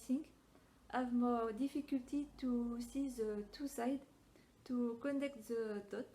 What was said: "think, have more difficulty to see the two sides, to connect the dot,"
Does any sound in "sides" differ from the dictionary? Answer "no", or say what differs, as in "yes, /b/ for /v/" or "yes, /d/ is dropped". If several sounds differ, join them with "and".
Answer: yes, /z/ is dropped